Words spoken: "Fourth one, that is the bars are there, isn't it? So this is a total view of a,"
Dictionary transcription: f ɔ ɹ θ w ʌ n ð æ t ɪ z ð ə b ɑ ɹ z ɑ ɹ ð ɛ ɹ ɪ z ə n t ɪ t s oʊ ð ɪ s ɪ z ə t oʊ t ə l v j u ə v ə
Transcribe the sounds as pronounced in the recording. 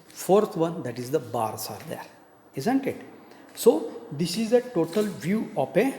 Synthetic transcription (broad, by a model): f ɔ ɹ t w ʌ n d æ t ɪ z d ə b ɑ ɹ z ɑ ɹ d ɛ ɹ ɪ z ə n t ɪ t s oʊ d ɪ s ɪ z ə t oʊ t ə l v j u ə p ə